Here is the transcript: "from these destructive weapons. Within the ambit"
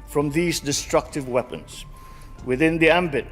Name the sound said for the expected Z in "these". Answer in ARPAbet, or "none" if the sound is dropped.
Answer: Z